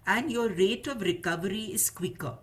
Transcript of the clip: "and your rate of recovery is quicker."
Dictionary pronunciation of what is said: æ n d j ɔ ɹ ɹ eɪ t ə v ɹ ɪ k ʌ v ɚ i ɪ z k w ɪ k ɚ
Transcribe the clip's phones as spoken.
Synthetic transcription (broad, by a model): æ n d j ɔ ɹ ɹ eɪ t ə v ɹ ɪ k ʌ v ɚ i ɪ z k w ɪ k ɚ